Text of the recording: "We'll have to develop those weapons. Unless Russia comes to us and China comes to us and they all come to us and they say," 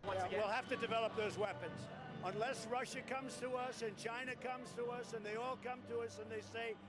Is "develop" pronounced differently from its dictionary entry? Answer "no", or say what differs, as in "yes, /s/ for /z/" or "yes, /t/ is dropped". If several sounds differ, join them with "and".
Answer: no